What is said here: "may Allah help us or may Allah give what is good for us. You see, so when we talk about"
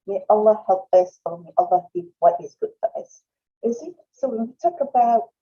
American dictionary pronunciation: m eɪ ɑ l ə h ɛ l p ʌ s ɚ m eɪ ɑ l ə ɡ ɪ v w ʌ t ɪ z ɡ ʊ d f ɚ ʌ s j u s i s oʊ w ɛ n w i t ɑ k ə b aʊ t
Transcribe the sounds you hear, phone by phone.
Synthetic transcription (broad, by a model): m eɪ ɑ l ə h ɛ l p ʌ s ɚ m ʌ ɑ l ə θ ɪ p w ʌ t ɪ z ɡ ʊ d f ɚ ʌ s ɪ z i s oʊ w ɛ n w i t ɑ k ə b aʊ t